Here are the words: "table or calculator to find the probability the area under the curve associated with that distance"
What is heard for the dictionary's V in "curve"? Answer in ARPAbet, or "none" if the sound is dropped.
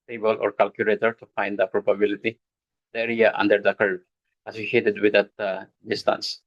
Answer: none